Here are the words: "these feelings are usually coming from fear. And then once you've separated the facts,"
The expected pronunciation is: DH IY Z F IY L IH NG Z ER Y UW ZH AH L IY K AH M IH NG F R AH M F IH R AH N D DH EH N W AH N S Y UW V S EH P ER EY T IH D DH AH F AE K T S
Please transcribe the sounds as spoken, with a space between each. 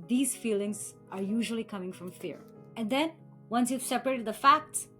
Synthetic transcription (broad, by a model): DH IY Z F IY L IH NG Z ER Y UW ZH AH L IY K AH M IH NG F R AH M F IH R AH N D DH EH N W AH N S Y UW V S EH P ER EY T IH D DH AH F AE K T S